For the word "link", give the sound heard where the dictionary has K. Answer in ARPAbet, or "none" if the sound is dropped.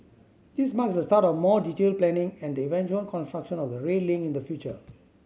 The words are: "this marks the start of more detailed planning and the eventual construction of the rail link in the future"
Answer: none